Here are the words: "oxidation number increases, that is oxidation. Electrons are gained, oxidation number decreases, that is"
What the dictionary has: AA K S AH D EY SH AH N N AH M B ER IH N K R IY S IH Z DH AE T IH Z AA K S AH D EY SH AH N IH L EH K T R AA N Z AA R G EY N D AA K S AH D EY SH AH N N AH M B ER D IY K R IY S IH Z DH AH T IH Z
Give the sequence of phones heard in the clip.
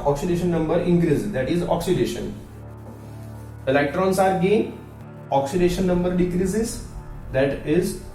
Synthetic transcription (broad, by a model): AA K S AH D EY SH AH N N AH M B ER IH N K R IY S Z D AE T IH Z AA K S AH D EY SH AH N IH L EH K T R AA N S AA R G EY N AA K S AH D EY SH AH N N AH M B ER D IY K R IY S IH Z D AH T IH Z